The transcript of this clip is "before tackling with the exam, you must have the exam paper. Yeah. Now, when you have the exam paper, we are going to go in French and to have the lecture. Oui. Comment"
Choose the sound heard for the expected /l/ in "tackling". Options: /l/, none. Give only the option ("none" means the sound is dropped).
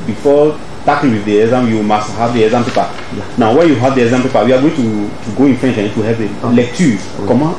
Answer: none